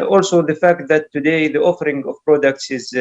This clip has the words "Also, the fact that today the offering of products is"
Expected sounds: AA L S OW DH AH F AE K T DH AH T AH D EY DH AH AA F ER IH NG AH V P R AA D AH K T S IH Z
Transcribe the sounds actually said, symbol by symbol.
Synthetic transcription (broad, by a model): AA L S OW DH AH F AE K T DH AH T AH D EY DH AH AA F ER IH NG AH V P R AA D AH K T S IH Z